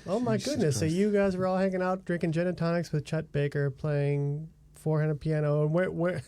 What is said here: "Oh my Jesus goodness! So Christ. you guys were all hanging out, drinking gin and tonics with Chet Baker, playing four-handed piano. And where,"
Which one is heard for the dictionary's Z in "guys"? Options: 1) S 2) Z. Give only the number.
2